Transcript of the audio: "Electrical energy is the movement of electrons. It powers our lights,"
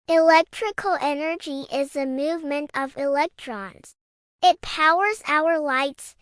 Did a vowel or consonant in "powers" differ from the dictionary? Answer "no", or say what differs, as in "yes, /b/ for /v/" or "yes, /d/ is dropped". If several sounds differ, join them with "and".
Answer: no